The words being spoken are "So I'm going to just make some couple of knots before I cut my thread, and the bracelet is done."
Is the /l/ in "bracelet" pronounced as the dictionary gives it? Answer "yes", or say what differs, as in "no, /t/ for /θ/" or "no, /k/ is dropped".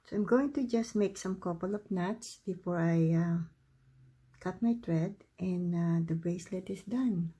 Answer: yes